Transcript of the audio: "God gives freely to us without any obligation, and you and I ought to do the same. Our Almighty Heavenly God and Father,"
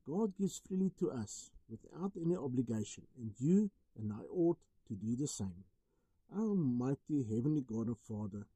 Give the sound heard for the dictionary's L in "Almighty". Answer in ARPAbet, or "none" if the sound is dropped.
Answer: none